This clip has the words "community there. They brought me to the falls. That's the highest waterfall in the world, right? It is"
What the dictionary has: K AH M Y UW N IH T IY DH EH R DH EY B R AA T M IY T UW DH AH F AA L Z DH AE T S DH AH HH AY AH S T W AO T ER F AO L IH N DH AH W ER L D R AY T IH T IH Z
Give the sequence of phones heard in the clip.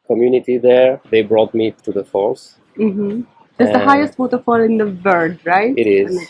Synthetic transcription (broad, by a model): K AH M Y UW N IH T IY DH EH R DH EY B R AA T M IY T UW DH AH F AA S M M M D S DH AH HH AY AH S T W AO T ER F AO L IH N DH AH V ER D R AY T IH T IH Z